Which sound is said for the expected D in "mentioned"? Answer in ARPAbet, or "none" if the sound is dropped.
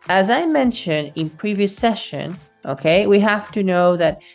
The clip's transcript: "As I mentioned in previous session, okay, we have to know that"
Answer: D